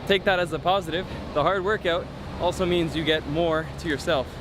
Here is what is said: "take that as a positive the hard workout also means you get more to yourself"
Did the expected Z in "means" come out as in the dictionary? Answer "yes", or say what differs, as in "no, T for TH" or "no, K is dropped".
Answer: yes